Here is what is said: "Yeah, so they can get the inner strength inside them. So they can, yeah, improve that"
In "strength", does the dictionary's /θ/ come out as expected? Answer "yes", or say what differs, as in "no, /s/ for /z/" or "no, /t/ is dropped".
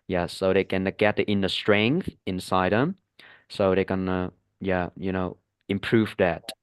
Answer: yes